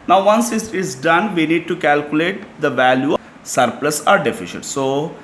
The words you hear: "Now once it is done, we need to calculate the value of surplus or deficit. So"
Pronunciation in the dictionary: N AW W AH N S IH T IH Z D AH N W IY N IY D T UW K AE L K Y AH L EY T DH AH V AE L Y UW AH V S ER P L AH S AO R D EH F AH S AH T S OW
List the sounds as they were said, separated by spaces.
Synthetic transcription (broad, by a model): N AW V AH N S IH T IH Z D AH N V IY N IY D T UW K AE L K Y AH L EY T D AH V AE L Y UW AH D P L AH S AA R D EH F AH SH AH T S OW